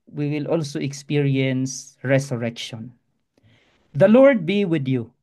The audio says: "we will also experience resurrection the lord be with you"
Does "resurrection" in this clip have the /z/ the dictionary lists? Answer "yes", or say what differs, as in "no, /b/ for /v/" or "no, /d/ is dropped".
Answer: no, /s/ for /z/